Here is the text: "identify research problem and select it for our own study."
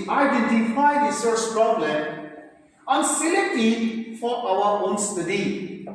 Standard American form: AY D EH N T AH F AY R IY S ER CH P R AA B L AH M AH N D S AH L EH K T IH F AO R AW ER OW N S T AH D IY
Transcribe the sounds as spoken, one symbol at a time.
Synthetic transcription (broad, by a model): AY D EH N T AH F AY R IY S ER S P R AA B L AH M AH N S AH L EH T IH F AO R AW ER OW N S T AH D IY